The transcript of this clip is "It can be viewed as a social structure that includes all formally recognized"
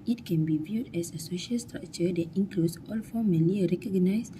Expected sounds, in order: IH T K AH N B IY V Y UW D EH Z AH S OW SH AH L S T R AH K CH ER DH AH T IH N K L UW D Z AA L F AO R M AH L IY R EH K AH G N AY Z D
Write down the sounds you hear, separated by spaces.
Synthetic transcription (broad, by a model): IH T K AH N B IY V Y UW D EH S AH S OW SH AH L S T R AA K CH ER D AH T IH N K L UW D S AA L F AO M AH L IY R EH K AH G N AY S